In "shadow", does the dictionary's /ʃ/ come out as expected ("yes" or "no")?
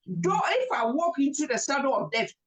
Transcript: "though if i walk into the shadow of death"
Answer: no